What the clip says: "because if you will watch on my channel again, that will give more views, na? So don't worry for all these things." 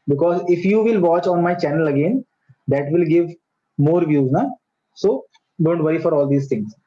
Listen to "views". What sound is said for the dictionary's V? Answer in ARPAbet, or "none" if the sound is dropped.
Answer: V